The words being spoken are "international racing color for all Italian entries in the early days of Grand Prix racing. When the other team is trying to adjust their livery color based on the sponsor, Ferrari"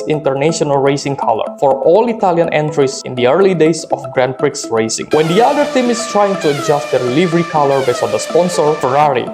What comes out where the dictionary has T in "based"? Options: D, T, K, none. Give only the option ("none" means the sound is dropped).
none